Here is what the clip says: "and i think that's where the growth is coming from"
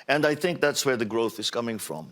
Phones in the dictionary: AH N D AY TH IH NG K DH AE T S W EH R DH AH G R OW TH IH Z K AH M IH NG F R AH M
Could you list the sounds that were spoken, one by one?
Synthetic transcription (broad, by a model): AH N D AY TH IH NG K DH AE T S W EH R DH AH G R OW TH IH Z K AH M IH NG F R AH M